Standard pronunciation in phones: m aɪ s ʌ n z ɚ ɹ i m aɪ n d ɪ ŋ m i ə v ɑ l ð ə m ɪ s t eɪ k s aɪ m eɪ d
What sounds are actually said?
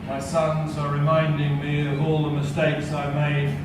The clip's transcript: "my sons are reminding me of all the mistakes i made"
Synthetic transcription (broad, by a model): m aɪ s ʌ n z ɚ ɹ i m aɪ n d ɪ ŋ m i ə v ɑ l ð ə m ɪ s t eɪ k s aɪ m eɪ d